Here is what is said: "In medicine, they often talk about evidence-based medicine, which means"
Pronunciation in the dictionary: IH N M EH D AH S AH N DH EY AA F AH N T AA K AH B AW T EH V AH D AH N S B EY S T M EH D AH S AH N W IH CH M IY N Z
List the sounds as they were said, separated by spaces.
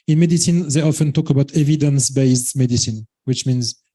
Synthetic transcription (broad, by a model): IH N M EH D AH S AH N DH EY AA F AH N T AA K AH B AW T EH V AH D AH N S B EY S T M EH D AH S AH N W IH CH M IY N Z